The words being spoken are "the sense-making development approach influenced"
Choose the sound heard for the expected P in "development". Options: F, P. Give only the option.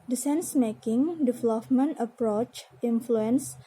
F